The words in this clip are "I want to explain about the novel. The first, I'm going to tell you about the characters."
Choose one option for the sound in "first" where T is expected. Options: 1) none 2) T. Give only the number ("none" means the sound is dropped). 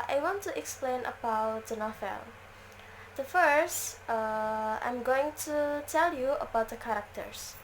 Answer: 2